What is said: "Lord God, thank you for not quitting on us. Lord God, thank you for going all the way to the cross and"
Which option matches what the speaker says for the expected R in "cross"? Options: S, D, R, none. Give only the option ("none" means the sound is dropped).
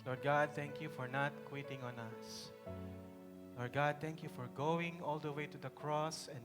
R